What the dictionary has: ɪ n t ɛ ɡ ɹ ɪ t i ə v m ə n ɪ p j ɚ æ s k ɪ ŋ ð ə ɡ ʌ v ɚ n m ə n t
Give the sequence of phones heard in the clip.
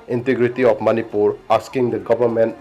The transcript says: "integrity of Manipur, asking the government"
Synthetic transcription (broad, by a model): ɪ n t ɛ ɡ ɹ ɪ t i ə p m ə n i p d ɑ s k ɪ ŋ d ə ɡ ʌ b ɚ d m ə n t